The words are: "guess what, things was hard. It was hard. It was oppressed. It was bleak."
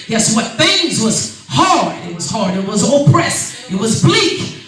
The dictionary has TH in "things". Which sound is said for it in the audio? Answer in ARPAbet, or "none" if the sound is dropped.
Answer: TH